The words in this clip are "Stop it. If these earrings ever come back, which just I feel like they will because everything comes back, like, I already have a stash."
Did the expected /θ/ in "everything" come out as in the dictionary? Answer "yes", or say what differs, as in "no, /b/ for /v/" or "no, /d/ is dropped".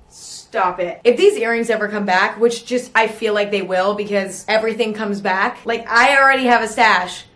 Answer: yes